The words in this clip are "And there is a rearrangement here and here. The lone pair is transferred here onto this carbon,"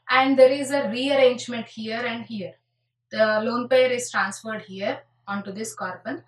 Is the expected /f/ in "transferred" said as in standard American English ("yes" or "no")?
yes